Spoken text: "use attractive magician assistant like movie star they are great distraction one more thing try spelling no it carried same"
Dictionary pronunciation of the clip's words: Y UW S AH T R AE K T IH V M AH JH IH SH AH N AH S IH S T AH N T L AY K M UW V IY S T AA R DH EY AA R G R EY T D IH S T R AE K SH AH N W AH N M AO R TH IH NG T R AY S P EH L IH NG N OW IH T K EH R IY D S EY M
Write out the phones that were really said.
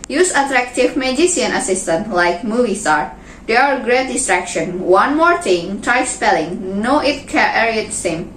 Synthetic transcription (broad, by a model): Y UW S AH T R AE K T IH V M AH JH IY S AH N AH S IH S T AH N T L AY K M UW V IY S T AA R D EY AA R G R EY T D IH S T R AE K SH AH N W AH N M AO R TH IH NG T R AY S P EH L IH NG N OW IH T K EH R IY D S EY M